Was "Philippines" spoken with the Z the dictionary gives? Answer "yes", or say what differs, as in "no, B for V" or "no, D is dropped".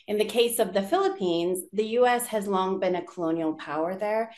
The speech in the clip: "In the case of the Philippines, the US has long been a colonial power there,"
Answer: yes